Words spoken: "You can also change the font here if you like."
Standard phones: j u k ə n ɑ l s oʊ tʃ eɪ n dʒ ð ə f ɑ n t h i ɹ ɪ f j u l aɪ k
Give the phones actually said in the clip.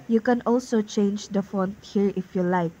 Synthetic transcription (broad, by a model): j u k ə n ɑ l s oʊ tʃ eɪ n dʒ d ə f ɑ n t h i ɹ ɪ f j u l aɪ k